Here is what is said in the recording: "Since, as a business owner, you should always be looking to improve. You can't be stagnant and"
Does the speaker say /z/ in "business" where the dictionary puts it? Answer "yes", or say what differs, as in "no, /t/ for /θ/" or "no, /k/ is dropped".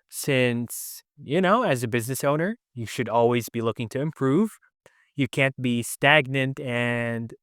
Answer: yes